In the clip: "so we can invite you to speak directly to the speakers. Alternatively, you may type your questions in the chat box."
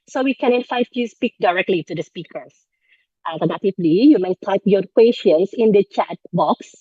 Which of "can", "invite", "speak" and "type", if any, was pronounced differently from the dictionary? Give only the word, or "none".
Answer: invite